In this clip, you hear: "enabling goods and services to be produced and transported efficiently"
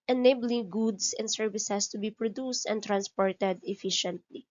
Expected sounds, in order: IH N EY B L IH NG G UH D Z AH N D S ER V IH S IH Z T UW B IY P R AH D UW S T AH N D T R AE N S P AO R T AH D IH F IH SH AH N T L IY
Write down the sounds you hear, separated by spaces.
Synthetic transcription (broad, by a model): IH N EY B L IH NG G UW D S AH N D S ER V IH S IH S T UW B IY P R AH D UW S T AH N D T R AE N S P AO R T AH D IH F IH SH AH N T L IY